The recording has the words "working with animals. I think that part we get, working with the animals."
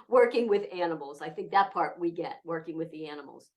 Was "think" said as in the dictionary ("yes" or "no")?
yes